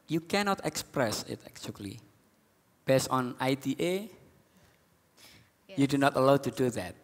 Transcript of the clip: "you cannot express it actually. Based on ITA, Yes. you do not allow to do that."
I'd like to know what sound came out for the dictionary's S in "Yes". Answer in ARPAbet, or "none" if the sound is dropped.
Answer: none